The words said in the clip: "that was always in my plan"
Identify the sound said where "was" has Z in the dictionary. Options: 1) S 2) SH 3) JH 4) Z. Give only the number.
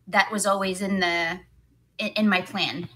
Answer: 4